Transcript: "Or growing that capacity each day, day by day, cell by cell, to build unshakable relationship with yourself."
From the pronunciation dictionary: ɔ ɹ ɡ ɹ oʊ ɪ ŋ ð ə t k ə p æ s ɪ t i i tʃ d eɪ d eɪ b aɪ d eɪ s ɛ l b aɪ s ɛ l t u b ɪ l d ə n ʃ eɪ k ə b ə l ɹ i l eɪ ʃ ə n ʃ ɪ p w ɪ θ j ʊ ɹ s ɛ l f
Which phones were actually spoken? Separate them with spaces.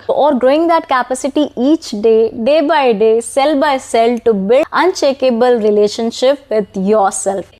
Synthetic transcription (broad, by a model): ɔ ɹ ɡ ɹ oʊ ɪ ŋ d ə t k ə p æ s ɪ t i i tʃ d eɪ d eɪ b aɪ d eɪ s ɛ l b aɪ s ɛ l t u b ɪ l ə n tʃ eɪ k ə b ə l ɹ i l eɪ ʃ ə n ʃ ɪ p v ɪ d j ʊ ɹ s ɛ l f